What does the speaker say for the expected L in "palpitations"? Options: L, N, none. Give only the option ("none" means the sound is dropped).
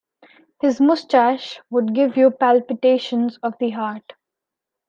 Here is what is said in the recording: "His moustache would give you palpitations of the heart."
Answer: L